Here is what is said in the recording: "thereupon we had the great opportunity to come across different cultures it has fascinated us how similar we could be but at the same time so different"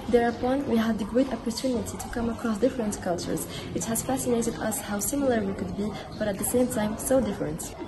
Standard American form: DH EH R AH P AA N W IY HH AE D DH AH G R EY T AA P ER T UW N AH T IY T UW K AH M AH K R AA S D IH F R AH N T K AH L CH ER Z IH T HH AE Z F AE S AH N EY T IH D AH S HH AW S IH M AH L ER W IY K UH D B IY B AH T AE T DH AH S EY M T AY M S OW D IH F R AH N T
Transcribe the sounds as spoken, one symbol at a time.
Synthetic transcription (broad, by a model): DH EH R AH P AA N W IY HH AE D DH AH G R EY T AA P ER T UW N AH T IY T UW K AH M AH K R AA S D IH F R AH N T K AH L CH ER Z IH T HH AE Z F AE S AH N EY T IH D AH S HH AW S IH M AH L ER W IY K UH D B IY B AH T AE T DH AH S EY M T AY M S OW D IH F R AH N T